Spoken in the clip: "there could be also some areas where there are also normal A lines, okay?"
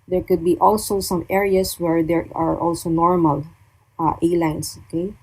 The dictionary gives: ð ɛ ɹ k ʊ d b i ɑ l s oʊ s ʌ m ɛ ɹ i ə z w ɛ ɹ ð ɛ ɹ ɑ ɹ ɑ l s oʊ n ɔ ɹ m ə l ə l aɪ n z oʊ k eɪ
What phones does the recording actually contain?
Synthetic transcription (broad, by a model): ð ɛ ɹ k ʊ d b i ɑ l s oʊ s ʌ m ɛ ɹ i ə s w ɛ ɹ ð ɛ ɹ ɑ ɹ ɑ l s oʊ n ɔ ɹ m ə l ə l aɪ n s oʊ k eɪ